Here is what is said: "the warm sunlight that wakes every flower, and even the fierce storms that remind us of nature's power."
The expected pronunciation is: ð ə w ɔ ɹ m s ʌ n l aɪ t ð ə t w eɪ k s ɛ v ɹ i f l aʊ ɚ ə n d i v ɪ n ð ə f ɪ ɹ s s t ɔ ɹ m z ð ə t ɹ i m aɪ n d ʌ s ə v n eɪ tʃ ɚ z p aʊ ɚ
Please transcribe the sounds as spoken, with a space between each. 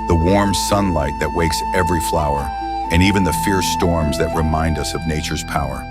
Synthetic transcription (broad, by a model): ð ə w ɔ ɹ m s ʌ n l aɪ t ð ə t w eɪ k s ɛ v ɹ i f l aʊ ɚ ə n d i v ɪ n ð ə f ɪ ɹ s s t ɔ ɹ m z ð ə t ɹ i m aɪ n d ʌ s ə v n eɪ tʃ ɚ z p aʊ ɚ